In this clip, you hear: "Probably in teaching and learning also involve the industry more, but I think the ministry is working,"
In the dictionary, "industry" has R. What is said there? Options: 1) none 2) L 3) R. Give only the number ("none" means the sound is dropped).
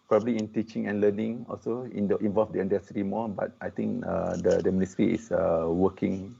1